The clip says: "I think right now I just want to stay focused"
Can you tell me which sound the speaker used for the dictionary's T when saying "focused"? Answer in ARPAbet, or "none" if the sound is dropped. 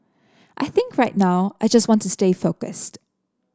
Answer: T